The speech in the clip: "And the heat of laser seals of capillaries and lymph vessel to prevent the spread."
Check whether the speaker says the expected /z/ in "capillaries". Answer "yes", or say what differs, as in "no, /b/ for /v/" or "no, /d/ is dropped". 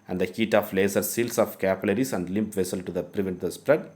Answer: no, /s/ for /z/